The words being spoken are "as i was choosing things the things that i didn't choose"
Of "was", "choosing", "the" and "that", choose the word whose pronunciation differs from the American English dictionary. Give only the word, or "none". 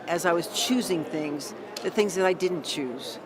none